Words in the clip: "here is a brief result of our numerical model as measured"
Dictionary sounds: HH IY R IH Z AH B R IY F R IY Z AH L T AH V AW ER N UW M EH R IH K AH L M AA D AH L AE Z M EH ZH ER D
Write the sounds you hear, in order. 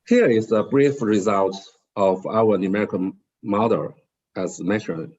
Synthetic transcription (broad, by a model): HH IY R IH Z AH B R IY F R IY Z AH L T AH V AW ER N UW M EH R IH K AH N M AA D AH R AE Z M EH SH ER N